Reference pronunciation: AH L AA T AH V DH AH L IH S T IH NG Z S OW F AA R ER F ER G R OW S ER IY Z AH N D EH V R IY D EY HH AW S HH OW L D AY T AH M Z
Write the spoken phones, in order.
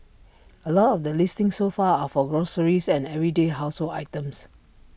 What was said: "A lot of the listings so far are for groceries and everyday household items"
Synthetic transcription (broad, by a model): AH L AA T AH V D AH L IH S T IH NG S OW F AA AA F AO G R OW S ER IY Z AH N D EH V R IY D EY HH AW S HH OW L AY T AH M S